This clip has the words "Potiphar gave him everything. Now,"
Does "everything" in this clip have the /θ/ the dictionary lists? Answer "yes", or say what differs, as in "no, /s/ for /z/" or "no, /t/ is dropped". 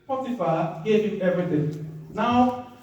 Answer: no, /t/ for /θ/